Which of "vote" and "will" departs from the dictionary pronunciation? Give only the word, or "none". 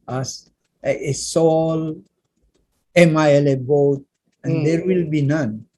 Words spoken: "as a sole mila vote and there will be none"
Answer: vote